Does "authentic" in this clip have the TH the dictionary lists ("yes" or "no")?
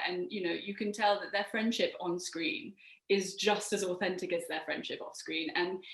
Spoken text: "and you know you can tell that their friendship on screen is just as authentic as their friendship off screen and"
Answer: yes